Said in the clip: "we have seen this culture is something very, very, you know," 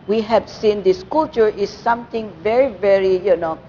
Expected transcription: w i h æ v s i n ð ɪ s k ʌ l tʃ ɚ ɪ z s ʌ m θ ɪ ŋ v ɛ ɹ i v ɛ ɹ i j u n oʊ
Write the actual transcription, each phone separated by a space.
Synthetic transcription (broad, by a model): w i h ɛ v s i n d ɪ s k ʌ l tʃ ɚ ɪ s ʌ m t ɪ ŋ v ɛ ɹ i v ɛ ɹ i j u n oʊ